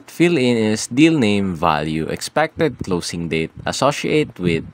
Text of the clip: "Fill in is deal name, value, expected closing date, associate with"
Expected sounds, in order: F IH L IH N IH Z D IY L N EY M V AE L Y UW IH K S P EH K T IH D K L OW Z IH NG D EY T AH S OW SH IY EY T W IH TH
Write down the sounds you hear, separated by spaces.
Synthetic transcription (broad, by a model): F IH L IH N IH S D IY L N EY M V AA L Y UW IH K S P EH K T IH D K L OW S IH NG D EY T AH S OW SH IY EY T W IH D